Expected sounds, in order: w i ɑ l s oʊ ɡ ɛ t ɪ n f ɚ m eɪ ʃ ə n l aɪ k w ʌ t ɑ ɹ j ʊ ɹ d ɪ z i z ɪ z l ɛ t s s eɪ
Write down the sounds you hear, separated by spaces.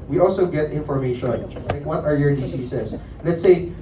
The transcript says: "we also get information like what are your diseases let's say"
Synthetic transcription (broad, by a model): w i ɑ l s oʊ ɡ ɛ t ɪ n f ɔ m eɪ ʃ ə n l aɪ k w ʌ t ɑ ɹ j ʊ ɹ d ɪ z i s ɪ s l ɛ t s s eɪ